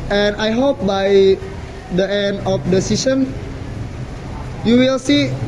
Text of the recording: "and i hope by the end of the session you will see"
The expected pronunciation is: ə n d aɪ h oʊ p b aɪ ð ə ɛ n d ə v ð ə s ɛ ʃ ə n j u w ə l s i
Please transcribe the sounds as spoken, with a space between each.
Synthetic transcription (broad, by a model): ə n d aɪ h oʊ p b aɪ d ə ɛ n d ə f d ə s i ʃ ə n j u w ə l s i